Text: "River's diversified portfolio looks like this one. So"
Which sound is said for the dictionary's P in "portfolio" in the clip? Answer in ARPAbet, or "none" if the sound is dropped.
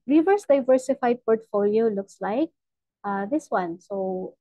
P